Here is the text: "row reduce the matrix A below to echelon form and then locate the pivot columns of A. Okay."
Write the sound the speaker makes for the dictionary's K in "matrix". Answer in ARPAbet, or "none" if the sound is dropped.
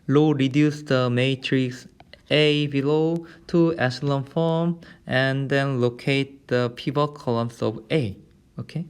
K